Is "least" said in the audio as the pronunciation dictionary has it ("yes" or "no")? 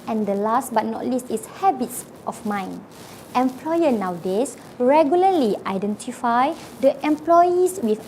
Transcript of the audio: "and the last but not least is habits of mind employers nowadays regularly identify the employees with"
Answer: yes